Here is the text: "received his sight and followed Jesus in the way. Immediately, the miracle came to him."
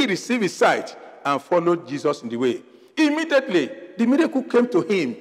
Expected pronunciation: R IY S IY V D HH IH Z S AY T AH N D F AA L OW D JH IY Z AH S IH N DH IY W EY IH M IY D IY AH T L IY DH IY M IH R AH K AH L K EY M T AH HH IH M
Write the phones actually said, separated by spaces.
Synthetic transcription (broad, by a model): R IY S IY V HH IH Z S AY T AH N F AA L OW D JH IY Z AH S IH N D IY W EY IH M IY D IY AH T L IY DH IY M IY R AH K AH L K EY M T AH HH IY M